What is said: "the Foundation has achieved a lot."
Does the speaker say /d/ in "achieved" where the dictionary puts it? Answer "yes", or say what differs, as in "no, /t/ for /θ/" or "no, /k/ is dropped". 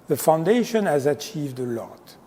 yes